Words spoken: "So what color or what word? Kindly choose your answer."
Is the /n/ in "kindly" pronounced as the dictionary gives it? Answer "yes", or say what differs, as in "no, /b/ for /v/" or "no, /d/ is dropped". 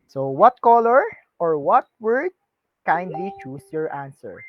yes